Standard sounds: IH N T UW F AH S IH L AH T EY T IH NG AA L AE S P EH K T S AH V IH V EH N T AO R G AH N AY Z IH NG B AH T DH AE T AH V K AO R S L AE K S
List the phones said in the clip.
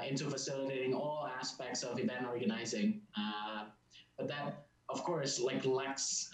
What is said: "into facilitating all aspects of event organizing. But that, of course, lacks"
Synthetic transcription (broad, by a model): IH N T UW F AH S IH L AH T EY T IH NG AA L AE S P EH K T S AH V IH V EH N AO R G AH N AY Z IH NG B AH T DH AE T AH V K AO R S L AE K S